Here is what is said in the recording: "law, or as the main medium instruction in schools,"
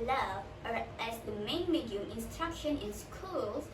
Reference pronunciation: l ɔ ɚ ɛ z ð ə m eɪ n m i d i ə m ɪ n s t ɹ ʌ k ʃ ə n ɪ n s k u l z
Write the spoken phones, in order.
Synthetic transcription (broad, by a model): l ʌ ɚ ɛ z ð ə m eɪ n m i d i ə m ɪ n s t ɹ ʌ k ʃ ə n ɪ n s k u l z